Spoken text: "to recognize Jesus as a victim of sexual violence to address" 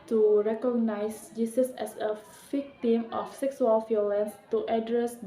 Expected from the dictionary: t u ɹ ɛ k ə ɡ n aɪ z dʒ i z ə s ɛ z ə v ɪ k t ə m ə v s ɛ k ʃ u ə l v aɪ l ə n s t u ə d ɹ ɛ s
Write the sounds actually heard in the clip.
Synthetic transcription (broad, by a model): t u ɹ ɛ k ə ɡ n aɪ s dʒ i s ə s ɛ s ə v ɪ k t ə m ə f s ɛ k s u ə l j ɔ l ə n s t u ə d ɹ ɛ s